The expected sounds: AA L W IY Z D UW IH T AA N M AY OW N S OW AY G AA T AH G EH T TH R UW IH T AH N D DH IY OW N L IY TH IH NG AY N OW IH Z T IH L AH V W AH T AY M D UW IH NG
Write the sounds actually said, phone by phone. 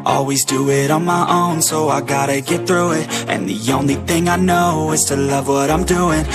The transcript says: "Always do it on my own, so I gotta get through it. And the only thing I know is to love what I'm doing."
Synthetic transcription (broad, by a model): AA L W IY Z D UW IH T N M AY OW N S OW AY G AA T AH G EH T TH R UW IH T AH N DH IY OW N L IY TH IH NG AY N OW IH Z T IH L AH V W AH T AY M D UW IH NG